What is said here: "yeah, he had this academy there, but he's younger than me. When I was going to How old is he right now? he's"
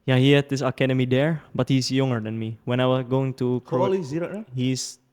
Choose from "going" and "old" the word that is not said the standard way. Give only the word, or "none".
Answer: old